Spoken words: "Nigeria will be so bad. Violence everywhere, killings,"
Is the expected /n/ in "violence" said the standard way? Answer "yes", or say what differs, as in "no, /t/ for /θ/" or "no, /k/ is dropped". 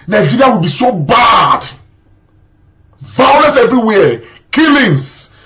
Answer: no, /n/ is dropped